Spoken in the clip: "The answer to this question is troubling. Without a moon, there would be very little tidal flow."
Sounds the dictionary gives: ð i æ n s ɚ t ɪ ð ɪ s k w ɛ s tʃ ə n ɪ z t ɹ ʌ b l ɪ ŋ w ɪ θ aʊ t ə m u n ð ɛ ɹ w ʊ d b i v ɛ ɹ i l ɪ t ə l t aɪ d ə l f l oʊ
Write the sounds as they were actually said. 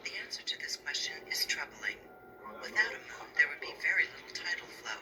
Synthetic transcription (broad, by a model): ð i æ n s ɚ t ɪ ð ɪ s k w ɛ s tʃ ə n ɪ z t ɹ ʌ b l ɪ ŋ w ɪ θ aʊ t ə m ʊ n ð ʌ ɹ w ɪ d b i v ɛ ɹ i l ɪ t l t aɪ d l f l oʊ